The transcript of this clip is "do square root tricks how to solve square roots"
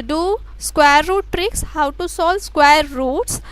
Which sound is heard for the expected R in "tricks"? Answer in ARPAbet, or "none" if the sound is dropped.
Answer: R